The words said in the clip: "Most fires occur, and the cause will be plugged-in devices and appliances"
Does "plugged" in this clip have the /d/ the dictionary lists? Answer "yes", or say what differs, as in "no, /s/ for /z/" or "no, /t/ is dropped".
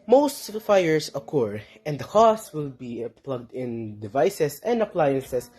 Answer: yes